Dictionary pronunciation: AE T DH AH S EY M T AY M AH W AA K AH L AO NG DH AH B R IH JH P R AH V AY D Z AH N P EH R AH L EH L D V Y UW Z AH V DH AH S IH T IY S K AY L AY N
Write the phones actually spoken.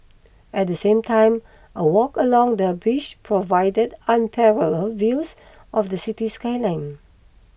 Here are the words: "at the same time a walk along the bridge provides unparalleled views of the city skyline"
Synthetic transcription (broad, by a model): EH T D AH S EY M T AY M AH W AA K AH L AO NG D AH B IH SH P R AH V AY D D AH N P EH R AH L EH L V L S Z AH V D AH S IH T IY S K AY L AY N